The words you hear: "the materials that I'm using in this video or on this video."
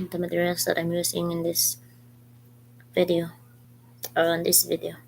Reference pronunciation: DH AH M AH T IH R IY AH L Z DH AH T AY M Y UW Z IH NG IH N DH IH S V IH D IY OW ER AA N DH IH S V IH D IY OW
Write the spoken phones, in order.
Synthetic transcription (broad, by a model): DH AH M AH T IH R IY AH L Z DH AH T AY M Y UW S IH NG IH N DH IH S V IH D IY OW ER AA N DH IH S V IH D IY OW